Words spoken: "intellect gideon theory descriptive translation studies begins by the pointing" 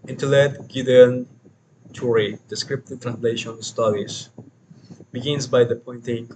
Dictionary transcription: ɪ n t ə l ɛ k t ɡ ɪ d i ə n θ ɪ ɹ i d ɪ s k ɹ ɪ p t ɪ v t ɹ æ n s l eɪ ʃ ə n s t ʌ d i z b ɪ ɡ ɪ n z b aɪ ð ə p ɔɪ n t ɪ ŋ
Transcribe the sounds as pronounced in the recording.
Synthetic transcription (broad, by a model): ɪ n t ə l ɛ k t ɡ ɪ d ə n t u ɹ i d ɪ s k ɹ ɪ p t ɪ t ɹ æ n s l eɪ ʃ ə n s t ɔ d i s b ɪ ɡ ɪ n s b aɪ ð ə p ɔɪ n t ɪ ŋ